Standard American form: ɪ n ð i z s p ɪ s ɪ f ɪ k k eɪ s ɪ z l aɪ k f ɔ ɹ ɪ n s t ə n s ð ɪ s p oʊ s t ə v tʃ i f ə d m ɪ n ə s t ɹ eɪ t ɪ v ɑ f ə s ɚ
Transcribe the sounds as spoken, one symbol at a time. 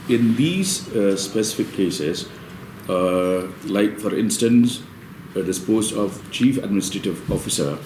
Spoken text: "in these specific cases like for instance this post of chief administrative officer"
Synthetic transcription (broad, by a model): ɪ n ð i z s p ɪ s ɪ f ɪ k k eɪ s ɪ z l aɪ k f ɔ ɹ ɪ n s t ə n s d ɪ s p oʊ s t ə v tʃ i f ə d m ɪ n ə s t ɹ eɪ t ɪ v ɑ f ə s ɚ